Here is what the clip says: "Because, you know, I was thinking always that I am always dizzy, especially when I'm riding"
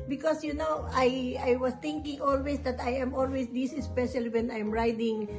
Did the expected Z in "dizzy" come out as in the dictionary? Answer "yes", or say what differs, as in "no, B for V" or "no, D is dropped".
no, S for Z